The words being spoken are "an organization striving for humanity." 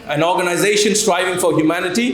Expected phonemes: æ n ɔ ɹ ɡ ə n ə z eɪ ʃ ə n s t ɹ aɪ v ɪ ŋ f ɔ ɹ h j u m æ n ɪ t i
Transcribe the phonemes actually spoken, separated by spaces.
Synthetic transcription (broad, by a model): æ n ɔ ɹ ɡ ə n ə z eɪ ʃ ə n s t ɹ aɪ v ɪ ŋ f ɔ ɹ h j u m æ n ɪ t i